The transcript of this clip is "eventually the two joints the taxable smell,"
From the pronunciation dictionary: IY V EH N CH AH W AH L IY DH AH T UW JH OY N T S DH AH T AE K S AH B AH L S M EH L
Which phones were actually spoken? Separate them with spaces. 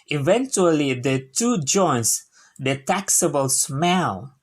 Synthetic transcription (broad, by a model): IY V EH N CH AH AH L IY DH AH T UW JH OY N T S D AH T AE K S AH B AH L S M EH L